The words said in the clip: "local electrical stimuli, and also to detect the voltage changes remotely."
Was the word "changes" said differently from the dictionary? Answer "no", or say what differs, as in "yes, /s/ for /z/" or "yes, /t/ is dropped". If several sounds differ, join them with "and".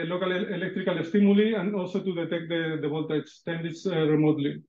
yes, /s/ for /z/